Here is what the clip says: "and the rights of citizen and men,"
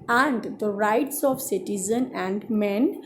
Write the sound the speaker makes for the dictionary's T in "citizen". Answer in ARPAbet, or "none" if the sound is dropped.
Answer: T